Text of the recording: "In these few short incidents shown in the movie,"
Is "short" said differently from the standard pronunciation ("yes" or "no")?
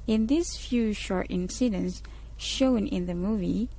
no